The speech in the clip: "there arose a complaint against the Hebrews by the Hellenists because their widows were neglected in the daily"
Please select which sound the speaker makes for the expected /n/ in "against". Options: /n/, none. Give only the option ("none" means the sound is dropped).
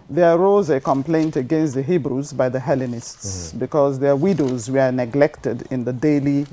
/n/